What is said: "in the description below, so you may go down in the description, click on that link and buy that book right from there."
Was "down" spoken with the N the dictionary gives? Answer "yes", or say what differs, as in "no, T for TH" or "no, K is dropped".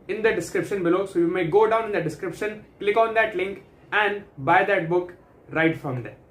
yes